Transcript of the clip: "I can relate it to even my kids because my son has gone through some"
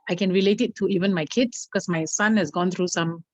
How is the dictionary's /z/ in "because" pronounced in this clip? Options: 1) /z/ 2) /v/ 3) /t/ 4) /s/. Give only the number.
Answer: 4